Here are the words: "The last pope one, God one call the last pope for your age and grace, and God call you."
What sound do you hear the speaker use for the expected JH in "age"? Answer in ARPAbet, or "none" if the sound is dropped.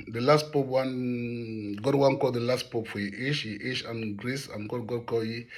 SH